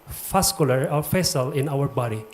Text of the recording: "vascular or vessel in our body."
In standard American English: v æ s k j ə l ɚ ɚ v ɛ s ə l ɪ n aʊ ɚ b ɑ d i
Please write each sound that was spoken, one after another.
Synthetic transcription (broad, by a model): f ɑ s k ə l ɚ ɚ f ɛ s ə l ɪ n aʊ ɚ b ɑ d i